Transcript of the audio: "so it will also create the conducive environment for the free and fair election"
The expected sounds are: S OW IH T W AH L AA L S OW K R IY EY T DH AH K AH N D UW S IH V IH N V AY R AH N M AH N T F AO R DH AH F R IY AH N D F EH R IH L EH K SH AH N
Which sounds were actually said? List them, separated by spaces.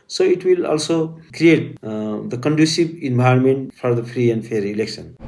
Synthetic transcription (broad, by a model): S OW IH T W AH L AA L S OW K R IY EY T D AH K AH N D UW S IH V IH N B AY AH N M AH N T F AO R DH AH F R IY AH N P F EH R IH L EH K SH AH N